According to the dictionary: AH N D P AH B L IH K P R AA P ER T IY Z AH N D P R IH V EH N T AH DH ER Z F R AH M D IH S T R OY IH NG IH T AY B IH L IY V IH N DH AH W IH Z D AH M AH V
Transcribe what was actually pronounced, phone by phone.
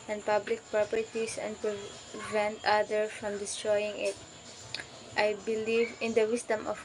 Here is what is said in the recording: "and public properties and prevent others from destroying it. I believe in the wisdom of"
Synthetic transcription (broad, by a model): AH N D P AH B L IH K P R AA P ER T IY S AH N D P R IH V EH N T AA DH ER F R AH M D IH S T R OY IH NG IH T AY B IH L IY V IH N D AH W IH S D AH M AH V